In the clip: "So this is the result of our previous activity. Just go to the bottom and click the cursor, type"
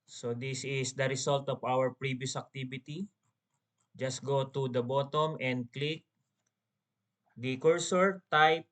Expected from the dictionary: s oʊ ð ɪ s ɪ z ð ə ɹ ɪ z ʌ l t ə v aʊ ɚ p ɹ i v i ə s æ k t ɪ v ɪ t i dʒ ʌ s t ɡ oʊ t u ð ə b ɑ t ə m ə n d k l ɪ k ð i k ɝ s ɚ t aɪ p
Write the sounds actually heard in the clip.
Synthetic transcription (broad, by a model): s oʊ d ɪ s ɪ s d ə ɹ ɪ s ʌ l t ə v aʊ ɚ p ɹ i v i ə s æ k t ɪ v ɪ t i dʒ ʌ s t ɡ oʊ t u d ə b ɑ t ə m ə n d k l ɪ k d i k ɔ s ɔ t aɪ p